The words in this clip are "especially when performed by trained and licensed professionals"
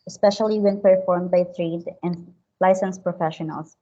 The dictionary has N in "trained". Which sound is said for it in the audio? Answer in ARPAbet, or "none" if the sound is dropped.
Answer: none